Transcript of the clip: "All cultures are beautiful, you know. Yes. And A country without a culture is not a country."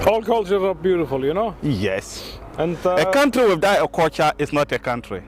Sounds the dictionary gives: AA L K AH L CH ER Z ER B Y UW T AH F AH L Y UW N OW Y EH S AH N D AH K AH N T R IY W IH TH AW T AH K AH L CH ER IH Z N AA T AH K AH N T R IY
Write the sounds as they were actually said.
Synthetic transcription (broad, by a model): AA L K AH L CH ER ER B Y UW T AH F AH L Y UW N OW Y EH S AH N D AH K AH N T R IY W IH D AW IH AH K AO CH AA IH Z N AA T AH K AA N T R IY